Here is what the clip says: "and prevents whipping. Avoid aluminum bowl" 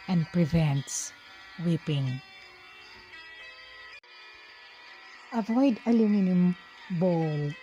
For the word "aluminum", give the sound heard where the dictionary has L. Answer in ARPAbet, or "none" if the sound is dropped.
L